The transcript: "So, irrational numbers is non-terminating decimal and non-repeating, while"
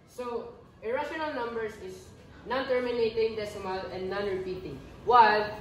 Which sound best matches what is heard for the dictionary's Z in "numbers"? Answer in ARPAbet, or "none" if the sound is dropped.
S